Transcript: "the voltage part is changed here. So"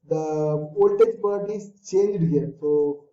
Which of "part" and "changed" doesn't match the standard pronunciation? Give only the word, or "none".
part